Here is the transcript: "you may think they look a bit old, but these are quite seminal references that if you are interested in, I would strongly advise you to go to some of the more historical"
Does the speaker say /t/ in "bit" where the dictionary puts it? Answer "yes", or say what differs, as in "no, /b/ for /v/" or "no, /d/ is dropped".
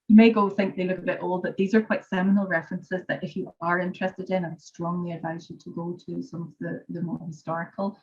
yes